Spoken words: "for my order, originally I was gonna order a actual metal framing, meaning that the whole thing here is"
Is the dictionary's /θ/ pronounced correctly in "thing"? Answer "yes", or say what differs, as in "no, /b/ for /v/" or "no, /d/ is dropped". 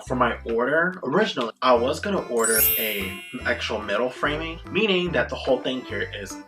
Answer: yes